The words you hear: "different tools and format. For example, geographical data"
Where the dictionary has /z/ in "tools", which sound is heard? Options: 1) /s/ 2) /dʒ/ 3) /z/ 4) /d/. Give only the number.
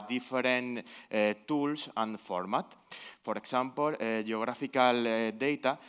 1